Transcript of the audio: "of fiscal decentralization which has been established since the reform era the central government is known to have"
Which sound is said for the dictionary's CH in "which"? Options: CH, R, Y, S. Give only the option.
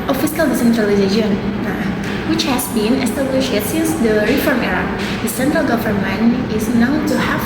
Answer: CH